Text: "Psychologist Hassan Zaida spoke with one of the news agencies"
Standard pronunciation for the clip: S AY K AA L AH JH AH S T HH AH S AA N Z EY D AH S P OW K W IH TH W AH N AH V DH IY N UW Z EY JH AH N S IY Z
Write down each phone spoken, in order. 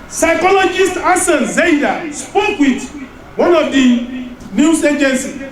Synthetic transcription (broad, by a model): S AY K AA L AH JH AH S T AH S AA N Z EY D AH S P OW K W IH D W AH N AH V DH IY N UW S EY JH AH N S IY